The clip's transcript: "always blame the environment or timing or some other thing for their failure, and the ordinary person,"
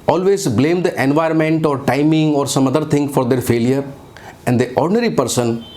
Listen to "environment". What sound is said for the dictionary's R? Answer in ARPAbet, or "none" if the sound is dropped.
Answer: R